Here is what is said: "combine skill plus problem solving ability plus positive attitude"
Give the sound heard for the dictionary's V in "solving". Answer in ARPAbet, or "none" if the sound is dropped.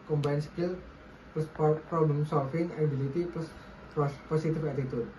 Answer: F